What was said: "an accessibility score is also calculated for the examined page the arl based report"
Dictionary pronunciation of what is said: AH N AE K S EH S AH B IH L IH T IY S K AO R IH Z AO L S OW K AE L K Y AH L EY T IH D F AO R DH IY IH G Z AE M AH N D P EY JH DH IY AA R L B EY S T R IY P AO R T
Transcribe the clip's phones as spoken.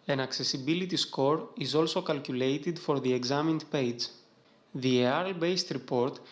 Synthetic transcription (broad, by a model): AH N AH K S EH S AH B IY L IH T IY S K AO R IH Z AO L S OW K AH L K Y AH L EY T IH D F AO R DH IY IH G Z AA M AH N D P EY JH DH IY AA R L B EY S T R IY P AO R T